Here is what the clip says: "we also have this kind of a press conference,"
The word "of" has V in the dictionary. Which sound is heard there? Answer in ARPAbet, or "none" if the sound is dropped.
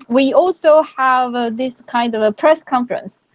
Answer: V